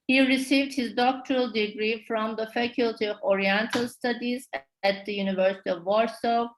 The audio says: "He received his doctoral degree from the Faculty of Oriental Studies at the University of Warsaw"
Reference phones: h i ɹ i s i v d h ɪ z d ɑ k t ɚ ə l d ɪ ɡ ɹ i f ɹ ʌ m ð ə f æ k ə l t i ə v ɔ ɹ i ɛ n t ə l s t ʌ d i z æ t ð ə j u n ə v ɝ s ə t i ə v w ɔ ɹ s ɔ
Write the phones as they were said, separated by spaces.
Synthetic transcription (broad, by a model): h i ɹ i s i v d h ɪ z d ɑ k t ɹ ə l d ɪ ɡ ɹ i f ɹ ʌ m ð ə f æ k ə l t i ə v ɔ ɹ i ɛ n t ə l s t ʌ d i z æ t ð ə j u n ə v ɝ s ə t i ə v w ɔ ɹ s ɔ